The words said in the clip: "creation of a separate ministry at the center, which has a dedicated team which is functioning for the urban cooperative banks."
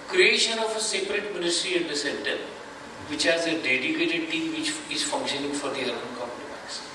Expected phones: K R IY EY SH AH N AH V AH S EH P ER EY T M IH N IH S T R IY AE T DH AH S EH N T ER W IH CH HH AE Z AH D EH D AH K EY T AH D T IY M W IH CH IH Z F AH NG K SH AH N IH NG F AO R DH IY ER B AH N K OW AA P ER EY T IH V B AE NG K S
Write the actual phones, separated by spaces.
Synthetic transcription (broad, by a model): K R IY EY SH AH N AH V AH S EH P ER EY T M IH N IH S T R IY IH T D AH S EH N T ER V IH CH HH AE Z AH D EH D AH K EY T AH D T IY M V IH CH IH Z F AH NG K SH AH N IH NG F AO R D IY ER AH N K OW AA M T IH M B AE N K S